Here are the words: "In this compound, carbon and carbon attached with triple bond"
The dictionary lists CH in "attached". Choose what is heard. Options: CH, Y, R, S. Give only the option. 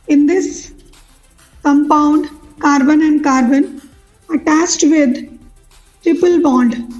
S